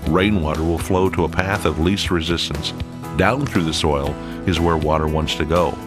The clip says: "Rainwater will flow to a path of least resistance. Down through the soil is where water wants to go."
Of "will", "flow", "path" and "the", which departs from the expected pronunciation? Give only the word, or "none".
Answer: none